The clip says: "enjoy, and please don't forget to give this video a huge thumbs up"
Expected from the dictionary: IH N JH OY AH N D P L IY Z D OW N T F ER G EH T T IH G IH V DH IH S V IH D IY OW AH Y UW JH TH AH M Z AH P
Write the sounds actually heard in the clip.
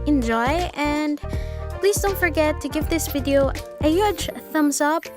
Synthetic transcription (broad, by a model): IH N JH OY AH N P L IY Z D OW N T F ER G EH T T IH G IH V DH IH S V IH D IY OW AH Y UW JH TH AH M S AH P